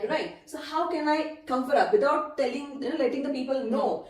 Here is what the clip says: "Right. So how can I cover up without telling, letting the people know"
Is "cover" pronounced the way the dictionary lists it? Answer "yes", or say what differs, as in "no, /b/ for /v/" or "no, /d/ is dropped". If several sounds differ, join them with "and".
no, /f/ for /v/